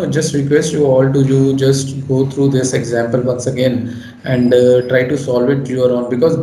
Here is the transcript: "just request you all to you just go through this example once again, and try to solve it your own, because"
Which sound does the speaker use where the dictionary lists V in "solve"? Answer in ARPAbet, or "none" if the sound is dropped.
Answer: V